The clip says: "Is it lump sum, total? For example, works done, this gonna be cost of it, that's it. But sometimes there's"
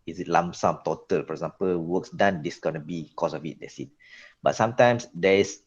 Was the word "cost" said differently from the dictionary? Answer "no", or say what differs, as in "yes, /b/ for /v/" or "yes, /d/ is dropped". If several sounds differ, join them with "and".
yes, /t/ is dropped